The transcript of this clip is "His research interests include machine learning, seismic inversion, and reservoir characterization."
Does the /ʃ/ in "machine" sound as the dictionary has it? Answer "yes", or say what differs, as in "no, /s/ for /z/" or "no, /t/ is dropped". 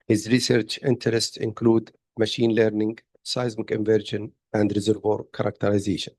yes